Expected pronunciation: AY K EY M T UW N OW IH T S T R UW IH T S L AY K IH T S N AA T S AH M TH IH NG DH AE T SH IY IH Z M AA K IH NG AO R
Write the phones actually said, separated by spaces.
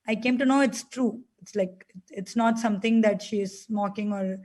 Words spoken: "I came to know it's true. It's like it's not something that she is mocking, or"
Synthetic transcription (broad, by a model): AY K EY M T UW N OW IH T S T R UW IH T S L AY K IH T S N AA T S AH M T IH NG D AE T SH IY IH Z M AA K IH NG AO R